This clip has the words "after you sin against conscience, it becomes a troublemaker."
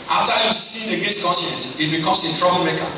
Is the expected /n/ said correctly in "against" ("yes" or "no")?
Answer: no